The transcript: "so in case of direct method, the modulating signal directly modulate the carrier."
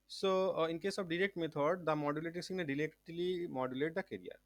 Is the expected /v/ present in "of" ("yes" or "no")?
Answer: no